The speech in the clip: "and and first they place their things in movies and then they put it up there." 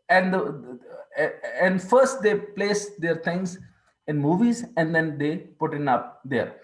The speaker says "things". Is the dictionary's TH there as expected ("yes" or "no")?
no